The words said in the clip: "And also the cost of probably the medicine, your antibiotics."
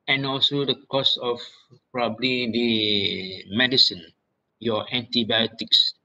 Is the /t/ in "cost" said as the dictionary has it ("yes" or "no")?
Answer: no